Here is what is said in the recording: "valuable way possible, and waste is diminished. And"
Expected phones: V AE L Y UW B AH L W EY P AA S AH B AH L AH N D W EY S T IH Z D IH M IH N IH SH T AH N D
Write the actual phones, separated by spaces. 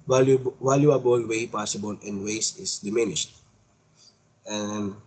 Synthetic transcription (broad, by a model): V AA L Y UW B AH L W EY P AA S AH B AH L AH N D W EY S IH S D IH M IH N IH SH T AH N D